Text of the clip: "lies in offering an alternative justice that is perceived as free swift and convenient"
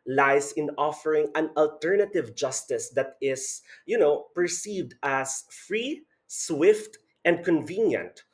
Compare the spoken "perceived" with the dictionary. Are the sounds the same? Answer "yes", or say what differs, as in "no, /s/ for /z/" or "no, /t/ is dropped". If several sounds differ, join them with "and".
yes